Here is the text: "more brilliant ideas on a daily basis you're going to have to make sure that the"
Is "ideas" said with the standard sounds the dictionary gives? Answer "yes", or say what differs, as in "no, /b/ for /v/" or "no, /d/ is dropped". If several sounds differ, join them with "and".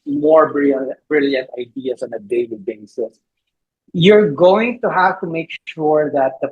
no, /s/ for /z/